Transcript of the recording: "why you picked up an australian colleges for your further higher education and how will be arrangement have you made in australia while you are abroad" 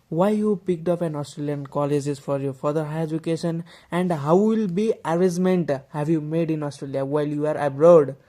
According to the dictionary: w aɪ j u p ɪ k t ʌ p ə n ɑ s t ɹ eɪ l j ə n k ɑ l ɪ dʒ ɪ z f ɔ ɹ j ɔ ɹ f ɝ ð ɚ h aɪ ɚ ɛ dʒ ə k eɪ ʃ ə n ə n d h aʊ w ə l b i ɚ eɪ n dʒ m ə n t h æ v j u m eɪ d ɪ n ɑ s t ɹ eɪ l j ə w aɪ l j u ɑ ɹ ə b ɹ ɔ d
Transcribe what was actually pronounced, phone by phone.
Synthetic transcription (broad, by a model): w aɪ j u p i k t ʌ p ə n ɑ s t ɹ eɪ l j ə n k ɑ l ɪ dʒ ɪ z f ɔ ɹ j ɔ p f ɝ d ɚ h aɪ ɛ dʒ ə k eɪ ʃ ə n ə n d h aʊ w ə l b i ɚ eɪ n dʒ m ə n t h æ b j u m eɪ d ɪ n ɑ s t ɹ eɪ l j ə w aɪ l j u ɑ ɹ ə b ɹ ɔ d